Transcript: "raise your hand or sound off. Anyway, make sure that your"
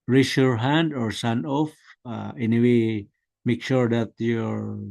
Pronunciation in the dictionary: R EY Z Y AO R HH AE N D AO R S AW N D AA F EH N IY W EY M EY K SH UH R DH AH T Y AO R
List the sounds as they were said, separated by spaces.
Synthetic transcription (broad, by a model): R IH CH Y AO R HH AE N D AO R S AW N AA F EH N IY W EY M EY K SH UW R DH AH T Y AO R